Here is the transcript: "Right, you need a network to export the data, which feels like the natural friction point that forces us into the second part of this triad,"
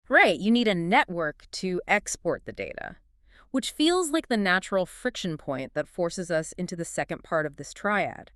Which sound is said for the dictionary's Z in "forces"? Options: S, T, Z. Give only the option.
Z